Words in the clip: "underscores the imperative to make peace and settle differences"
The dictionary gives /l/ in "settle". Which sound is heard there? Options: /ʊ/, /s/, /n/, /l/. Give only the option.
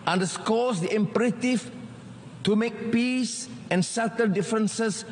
/n/